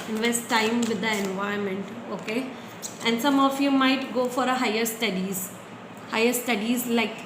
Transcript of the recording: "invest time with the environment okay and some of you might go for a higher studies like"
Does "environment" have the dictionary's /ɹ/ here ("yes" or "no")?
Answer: no